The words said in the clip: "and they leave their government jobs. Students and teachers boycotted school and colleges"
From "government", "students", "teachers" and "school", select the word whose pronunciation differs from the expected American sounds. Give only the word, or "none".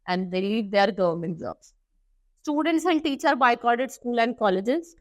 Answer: teachers